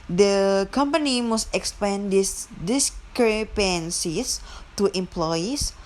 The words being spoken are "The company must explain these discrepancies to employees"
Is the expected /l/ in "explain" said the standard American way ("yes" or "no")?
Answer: no